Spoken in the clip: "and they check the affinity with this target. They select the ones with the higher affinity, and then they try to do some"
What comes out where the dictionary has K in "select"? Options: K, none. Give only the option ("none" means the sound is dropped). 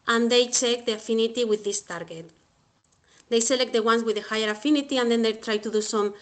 K